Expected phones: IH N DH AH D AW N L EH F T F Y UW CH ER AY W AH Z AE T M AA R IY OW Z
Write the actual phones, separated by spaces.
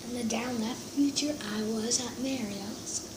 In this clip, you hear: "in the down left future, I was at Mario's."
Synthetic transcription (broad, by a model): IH N DH AH D AW N L EH F T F Y UW CH ER AY W AH Z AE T M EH R IY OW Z